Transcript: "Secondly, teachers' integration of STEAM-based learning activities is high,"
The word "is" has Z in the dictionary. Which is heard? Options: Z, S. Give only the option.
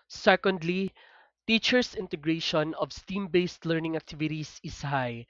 S